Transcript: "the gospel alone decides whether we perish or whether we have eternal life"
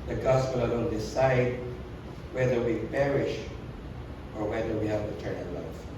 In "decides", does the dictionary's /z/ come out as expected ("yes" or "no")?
no